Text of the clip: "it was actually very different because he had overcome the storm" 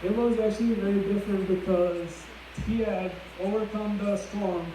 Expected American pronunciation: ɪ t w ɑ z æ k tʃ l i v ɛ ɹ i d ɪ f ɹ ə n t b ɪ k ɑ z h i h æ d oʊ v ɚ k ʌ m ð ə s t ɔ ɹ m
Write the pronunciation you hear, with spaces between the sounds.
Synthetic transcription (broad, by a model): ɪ t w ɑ z æ k tʃ l i v ɛ ɹ i d ɪ f ɹ ə n t b ɪ k ɑ z h i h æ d oʊ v ɚ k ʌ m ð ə s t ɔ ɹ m